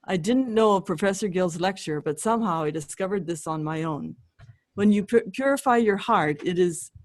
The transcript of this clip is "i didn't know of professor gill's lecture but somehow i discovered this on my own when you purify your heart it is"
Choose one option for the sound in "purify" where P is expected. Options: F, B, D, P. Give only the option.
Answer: P